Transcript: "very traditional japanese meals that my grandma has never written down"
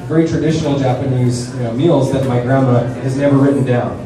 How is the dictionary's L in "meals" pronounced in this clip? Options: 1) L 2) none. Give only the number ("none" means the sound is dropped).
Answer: 1